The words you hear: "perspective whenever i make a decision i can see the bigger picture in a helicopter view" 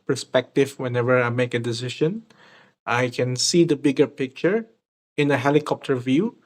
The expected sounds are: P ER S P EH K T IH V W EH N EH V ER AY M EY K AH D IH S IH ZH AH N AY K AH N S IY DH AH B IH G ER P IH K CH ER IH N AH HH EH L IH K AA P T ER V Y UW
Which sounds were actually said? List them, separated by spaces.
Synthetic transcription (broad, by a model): P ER S P EH K T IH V W EH N EH V ER AY M EY K AH D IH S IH SH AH N AY K AH N S IY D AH B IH G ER P IH K CH ER IH N AH HH EH L IH K AA P T ER V Y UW